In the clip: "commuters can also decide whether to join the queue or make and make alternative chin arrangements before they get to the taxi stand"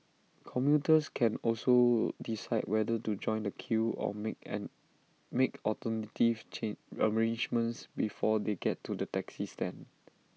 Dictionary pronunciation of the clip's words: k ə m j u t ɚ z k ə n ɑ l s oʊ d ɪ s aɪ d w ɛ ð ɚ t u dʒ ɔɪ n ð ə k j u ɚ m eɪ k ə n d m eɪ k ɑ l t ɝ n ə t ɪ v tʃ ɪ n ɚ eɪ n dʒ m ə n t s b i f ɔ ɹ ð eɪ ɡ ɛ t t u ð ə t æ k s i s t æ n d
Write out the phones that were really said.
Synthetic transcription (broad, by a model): k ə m j u t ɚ s k ə n ɑ l s oʊ d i s aɪ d w ɛ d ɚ t u dʒ ɔɪ n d ə k j u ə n m eɪ k ɑ t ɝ n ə t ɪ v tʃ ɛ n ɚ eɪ n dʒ m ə n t s b i f ɔ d eɪ ɡ ɛ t t u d ə t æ k s i s t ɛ n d